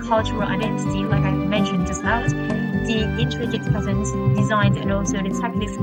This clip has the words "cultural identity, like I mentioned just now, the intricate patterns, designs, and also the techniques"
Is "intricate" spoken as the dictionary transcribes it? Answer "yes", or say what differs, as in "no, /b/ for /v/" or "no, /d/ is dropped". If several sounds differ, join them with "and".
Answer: no, /n/ is dropped